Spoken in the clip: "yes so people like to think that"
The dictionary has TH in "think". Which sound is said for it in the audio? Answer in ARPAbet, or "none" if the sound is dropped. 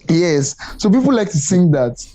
S